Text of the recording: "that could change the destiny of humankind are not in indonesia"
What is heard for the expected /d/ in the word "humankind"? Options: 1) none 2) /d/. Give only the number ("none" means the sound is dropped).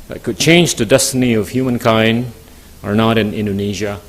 2